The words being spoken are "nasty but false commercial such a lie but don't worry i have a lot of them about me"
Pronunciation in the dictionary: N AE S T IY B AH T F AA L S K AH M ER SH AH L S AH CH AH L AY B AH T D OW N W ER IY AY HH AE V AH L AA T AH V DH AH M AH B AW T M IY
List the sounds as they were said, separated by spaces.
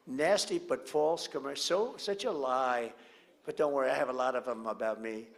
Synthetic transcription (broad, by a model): N AE S T IY B AH T F AA L S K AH M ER S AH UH S AH CH AH L AY B AH T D OW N W ER IY AY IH V AH L AA T AH V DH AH M AH B AW T M IY